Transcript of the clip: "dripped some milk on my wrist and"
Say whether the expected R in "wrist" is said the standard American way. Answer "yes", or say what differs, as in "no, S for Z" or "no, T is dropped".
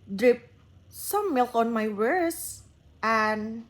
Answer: no, W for R